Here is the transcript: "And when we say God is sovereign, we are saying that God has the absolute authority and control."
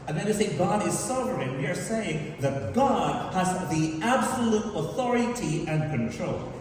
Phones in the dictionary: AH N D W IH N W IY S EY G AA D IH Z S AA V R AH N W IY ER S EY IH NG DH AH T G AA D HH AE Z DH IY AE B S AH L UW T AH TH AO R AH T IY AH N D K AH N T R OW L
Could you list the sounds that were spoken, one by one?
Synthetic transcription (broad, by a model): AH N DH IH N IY S EY G AA D IH Z S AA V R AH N W IY ER S EY IH NG DH AH T G AA D HH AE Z DH IY AE B S AH L UW T AH TH AO R AH T IY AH N K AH N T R OW L